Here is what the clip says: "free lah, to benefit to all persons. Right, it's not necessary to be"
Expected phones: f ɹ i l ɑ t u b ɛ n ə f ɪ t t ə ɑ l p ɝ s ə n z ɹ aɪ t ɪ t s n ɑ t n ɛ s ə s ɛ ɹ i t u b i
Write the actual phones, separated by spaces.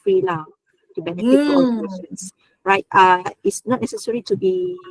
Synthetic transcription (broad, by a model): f ɹ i l ɑ t u b ɛ n ə f ɪ t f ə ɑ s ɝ ə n s ɹ aɪ t ɪ t s n ɑ t n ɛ s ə s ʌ ɹ i t u b i